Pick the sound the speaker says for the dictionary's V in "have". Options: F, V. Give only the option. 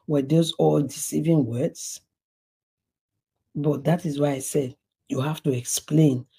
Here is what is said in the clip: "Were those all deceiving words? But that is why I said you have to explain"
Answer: F